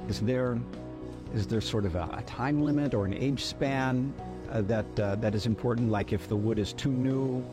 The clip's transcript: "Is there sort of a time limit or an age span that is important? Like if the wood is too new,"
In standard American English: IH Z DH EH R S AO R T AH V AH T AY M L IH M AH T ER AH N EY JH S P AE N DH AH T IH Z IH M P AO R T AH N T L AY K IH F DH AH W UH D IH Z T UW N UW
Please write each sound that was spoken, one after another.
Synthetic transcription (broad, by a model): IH Z DH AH R S AO R T AH V AH T AY M L IH M AH T ER AH N EY JH S P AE N DH AH T IH Z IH M P AO R T N T L AY K IH F DH AH W UH D IH Z T UW N UW